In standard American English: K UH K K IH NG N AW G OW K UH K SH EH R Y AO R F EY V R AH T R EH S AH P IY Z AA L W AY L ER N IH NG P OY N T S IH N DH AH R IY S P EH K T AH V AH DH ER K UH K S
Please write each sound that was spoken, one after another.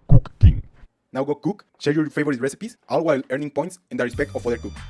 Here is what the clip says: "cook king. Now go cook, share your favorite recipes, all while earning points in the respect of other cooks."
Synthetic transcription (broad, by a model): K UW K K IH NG N AW G OW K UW K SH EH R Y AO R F EY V R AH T R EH S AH P IY S AA L W AY L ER N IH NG P OY N T S IH N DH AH R IY S P EH K T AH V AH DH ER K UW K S